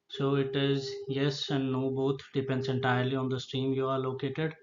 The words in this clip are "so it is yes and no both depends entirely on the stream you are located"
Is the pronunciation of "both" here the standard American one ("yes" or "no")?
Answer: no